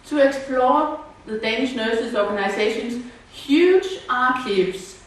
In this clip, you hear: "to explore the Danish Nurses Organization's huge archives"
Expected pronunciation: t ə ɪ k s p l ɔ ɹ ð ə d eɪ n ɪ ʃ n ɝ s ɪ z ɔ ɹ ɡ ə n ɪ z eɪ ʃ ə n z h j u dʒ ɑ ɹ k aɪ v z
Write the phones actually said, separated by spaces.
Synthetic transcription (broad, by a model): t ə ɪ k s p l ɔ ð ə d eɪ n ɪ ʃ n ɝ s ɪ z ɔ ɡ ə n ɪ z eɪ ʃ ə n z h j u dʒ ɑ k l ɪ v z